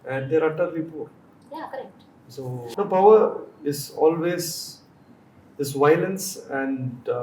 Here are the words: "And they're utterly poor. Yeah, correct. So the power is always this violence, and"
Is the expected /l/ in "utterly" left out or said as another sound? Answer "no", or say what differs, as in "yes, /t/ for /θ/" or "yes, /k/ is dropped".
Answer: yes, /l/ is dropped